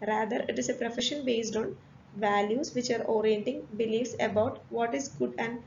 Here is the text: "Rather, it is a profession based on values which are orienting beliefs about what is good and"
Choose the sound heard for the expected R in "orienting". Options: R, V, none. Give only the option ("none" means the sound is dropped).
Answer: R